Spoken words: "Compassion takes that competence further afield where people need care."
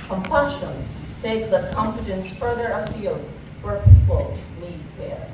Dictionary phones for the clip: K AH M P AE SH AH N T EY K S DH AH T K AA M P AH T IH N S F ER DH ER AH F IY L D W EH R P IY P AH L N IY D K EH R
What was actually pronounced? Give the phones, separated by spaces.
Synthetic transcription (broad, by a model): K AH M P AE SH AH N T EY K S DH AH T K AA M F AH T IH N S F ER DH ER AH F IY L D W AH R P IY P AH L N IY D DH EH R